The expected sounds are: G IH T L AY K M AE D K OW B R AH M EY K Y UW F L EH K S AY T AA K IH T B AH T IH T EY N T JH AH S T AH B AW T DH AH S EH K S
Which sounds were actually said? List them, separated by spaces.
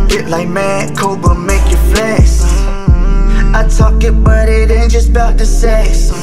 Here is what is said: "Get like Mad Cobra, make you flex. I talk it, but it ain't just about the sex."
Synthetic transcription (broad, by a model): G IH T L AY K M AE K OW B AH M EY K Y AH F L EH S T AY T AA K IH T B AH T IH T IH N JH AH S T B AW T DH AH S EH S